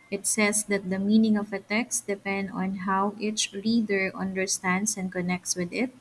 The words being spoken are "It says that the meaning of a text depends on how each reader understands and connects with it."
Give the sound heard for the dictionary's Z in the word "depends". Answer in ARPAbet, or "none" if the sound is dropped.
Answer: none